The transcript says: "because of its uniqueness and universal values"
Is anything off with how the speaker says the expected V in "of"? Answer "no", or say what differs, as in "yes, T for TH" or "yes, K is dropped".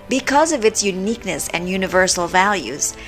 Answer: no